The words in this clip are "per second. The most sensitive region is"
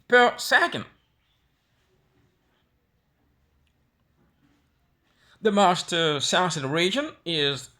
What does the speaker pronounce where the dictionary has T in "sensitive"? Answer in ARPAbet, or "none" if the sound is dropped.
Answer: S